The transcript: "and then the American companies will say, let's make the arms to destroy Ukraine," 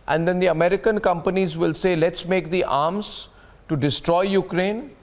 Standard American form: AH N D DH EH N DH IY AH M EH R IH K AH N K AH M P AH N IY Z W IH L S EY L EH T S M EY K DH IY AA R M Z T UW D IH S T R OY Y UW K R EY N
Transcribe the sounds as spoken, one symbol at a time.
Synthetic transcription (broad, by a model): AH N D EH N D IY AH M EH R IH K AH N K AH M P AH N IY Z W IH L S EY L EH T S M EY K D IY AA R M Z T UW D IH S T R OY Y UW K R EY N